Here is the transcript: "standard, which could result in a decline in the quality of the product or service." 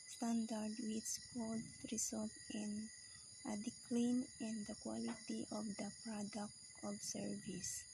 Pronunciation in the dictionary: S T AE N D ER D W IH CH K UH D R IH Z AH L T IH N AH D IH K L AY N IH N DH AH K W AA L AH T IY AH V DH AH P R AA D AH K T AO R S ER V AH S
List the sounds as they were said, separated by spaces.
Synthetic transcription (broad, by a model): S T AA N D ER D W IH S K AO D R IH S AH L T IH N AH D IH K L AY N IH N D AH K W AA L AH T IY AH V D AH P R AA D AH K T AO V S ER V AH S